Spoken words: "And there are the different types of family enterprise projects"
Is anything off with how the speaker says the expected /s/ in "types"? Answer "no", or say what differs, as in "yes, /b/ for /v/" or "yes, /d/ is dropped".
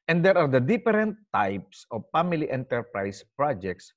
no